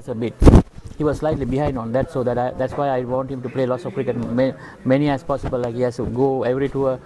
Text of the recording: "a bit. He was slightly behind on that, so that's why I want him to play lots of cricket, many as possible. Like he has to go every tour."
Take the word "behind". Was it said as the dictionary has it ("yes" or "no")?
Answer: yes